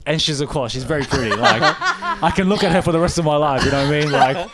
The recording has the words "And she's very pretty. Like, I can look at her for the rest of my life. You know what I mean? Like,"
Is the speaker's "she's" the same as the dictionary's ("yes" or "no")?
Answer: yes